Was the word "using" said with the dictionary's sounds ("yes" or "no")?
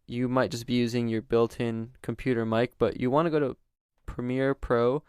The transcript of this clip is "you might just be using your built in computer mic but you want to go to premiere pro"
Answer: yes